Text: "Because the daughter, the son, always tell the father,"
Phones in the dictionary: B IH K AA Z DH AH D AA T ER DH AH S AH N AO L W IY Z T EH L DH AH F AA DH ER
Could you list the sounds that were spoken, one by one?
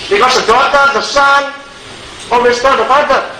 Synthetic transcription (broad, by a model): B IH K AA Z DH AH D AA T ER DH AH S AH N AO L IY S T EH N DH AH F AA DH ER